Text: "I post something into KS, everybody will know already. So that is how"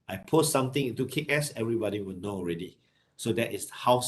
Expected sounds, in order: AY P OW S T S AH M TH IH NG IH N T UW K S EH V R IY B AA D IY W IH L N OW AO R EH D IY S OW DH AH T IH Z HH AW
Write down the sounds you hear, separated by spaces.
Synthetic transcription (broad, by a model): AY P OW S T S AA M T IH NG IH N T UW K S EH V R IY B AA D IY W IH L N OW AO R EH D IY S OW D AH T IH S HH AW